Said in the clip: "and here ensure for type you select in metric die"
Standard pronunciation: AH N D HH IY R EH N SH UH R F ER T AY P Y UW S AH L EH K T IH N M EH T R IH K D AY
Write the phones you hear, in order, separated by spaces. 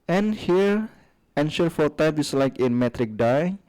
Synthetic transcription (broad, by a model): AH N HH IY R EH N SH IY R F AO T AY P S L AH IH K IH N M EH T R IH K D AY